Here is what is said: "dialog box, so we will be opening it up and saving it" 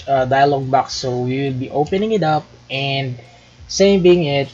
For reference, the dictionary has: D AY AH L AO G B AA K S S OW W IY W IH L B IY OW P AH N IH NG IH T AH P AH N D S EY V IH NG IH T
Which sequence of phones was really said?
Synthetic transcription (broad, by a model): D AY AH L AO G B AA K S S OW W IY W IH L B IY OW P AH N IH NG IH T AH P AH N D S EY B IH NG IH T